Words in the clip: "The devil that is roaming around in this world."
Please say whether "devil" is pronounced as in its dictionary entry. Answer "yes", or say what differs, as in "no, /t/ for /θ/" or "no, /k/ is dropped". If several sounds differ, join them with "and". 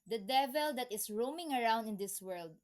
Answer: yes